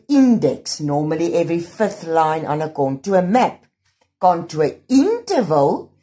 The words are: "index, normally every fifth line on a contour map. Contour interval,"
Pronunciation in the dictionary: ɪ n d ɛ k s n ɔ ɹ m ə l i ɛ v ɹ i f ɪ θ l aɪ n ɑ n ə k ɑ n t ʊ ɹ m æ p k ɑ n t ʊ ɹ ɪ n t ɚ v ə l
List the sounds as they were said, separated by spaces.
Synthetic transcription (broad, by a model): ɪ n d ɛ k s n ɔ m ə l i ɛ v ɹ i f ɪ θ l aɪ n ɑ n ə k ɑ n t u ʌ m æ p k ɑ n t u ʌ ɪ n t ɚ v ə l